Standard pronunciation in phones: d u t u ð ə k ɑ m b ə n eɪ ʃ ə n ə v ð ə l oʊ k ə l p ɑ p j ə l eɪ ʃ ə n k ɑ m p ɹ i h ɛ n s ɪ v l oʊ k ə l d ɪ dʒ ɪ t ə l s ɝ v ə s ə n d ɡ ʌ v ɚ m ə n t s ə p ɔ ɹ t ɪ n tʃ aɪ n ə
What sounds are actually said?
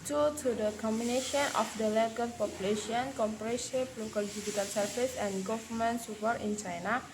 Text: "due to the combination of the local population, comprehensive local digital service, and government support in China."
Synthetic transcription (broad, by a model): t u t u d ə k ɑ m b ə n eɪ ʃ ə n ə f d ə l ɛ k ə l p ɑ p j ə l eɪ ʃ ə n k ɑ m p ɹ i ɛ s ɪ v l oʊ k ə l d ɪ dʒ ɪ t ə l s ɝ f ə s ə n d ɡ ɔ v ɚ m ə n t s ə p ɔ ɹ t ɪ n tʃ aɪ n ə